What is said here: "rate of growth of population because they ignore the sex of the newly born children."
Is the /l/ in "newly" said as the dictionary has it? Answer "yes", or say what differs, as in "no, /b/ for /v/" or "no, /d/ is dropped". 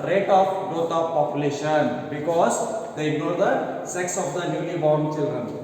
no, /n/ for /l/